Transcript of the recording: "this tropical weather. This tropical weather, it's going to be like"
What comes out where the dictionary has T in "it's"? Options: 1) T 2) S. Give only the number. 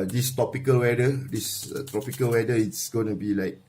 1